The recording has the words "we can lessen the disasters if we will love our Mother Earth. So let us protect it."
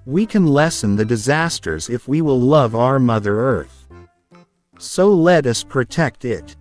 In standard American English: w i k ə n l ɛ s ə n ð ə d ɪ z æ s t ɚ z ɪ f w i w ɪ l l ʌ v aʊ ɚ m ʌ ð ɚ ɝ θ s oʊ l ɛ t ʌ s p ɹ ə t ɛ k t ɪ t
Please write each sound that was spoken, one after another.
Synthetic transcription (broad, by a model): w i k ə n l ɛ s ə n ð ə d ɪ z æ s t ɚ z ɪ f w i w ɪ l l ʌ v aʊ ɚ m ʌ ð ɚ ɝ θ s oʊ l ɛ t ʌ s p ɹ ə t ɛ k t ɪ t